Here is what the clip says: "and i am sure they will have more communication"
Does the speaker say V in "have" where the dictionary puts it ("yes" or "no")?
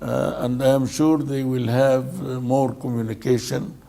yes